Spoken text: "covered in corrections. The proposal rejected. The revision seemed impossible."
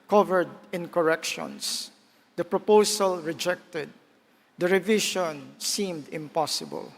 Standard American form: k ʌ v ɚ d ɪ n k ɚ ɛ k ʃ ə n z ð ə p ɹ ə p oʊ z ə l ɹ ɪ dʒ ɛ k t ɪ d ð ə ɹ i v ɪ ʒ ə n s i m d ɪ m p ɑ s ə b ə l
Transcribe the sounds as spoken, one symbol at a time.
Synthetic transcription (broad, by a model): k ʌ v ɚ d ɪ n k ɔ ɛ k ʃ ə n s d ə p ɹ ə p oʊ s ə l ɹ ɪ dʒ ɛ k t ɪ d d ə ɹ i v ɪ ʃ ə n s i m d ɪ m p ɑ s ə b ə l